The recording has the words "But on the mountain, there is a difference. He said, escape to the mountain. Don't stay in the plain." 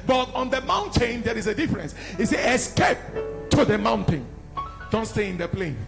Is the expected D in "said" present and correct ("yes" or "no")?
no